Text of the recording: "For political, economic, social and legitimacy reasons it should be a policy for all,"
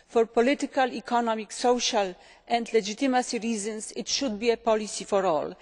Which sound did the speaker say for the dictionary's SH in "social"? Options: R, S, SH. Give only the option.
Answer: SH